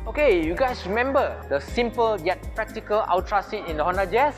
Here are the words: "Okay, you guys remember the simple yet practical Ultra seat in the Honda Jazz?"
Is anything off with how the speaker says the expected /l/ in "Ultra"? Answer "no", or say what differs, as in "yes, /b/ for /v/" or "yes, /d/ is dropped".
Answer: yes, /w/ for /l/